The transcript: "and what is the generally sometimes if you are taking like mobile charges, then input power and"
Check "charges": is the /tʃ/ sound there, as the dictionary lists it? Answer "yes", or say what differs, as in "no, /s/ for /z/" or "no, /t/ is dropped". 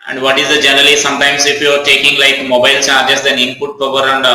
no, /s/ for /tʃ/